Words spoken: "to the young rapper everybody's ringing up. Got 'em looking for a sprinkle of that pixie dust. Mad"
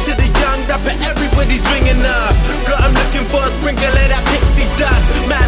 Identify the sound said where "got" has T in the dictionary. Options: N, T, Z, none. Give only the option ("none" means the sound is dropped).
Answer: none